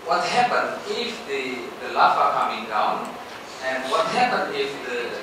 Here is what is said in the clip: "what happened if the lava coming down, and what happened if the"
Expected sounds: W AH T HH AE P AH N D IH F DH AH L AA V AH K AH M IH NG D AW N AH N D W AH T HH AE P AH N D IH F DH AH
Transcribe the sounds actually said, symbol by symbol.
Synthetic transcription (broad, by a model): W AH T HH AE P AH N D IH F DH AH L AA F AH K AH M IH NG D AW N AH N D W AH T HH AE P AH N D IH F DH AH